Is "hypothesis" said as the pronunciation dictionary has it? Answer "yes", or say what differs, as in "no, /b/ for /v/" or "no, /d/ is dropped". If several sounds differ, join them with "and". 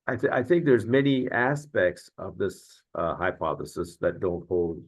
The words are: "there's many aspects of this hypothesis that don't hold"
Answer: yes